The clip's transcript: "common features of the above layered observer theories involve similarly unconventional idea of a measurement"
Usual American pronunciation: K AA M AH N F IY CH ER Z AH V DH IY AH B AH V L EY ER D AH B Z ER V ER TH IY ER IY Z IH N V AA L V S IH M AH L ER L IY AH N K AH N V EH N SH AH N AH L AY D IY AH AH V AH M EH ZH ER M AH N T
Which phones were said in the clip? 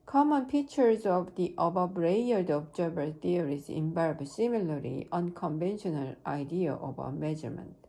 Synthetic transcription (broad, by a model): K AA M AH N P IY CH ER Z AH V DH IY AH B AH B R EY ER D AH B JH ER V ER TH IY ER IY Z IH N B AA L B S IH M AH L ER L IY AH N K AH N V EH N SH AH N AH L AY D IY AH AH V AH M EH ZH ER M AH N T